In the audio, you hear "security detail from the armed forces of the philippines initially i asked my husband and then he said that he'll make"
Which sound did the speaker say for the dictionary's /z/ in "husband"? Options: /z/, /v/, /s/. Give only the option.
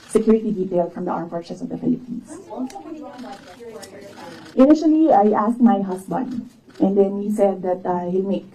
/s/